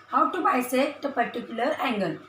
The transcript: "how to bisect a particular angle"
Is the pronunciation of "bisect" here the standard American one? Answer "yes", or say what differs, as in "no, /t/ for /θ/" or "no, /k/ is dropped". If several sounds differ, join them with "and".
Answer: no, /k/ is dropped